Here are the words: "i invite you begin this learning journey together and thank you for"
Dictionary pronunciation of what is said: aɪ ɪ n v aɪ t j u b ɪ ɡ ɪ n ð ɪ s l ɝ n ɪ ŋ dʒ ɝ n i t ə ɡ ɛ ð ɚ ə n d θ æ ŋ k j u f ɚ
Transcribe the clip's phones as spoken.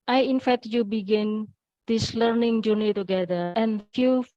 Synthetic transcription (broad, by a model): aɪ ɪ n f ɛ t j u b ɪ ɡ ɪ n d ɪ s l ɝ n ɪ ŋ dʒ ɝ n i t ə ɡ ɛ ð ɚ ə n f j u